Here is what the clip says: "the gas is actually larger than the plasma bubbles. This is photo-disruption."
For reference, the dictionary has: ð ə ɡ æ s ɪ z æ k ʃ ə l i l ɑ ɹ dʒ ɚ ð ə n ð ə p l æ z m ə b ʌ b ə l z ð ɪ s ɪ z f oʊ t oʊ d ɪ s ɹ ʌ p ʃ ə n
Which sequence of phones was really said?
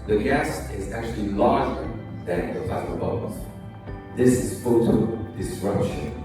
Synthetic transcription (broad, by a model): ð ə ɡ æ s ɪ z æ k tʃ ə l i l ɑ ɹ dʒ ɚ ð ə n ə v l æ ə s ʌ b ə z ð ɪ s ɪ z f oʊ t oʊ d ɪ s ɹ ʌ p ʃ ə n